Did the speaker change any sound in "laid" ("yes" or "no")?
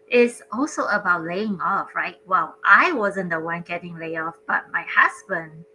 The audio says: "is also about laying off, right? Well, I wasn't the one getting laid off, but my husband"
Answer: yes